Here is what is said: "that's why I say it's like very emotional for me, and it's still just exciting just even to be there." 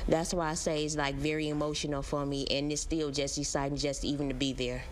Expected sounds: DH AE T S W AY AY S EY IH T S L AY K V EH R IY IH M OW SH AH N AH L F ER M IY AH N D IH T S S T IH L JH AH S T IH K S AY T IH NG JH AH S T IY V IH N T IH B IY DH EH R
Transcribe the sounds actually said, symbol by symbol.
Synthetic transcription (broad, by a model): DH AE T S W AY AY S EY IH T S L AY K V EH R IY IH M OW SH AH N L F ER M IY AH N IH T S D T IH L JH AH S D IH S AY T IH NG JH AH S T IY V IH N T IH B IY DH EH R